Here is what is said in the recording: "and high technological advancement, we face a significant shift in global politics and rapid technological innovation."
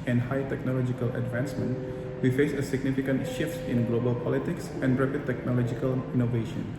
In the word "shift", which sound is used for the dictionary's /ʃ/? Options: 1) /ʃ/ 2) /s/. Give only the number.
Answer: 1